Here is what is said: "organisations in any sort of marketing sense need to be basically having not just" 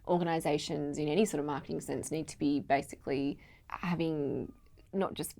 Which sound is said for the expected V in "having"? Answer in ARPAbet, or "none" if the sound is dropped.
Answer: V